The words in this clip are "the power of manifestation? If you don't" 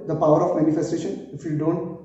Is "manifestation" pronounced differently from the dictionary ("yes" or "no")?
no